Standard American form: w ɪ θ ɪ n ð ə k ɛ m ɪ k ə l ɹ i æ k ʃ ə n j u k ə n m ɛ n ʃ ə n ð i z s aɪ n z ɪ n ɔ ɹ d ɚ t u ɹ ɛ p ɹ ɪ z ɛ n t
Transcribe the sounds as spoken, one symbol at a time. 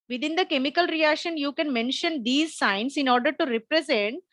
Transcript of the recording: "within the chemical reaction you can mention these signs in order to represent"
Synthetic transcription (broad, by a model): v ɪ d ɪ n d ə k ɛ m ɪ k ə l ɹ i æ k ʃ ə n j u k ə n m ɛ n ʃ ə n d i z s aɪ n s ɪ n ɔ ɹ d ɚ t u ɹ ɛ p ɹ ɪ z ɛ n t